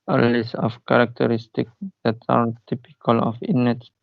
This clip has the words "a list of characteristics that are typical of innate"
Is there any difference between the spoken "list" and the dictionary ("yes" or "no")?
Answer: yes